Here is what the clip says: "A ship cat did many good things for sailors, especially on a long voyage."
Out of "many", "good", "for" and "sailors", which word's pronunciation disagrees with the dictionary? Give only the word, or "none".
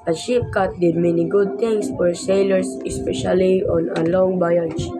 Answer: sailors